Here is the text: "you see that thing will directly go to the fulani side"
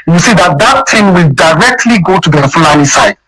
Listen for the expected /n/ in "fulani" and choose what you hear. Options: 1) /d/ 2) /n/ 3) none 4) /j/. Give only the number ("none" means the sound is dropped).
3